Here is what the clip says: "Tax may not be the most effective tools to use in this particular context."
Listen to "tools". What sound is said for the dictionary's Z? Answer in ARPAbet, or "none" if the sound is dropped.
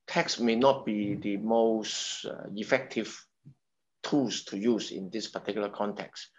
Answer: S